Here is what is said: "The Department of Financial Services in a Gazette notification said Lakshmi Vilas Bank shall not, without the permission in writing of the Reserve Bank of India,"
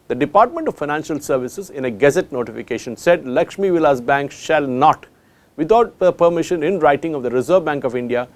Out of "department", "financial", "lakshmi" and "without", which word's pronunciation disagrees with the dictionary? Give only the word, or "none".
without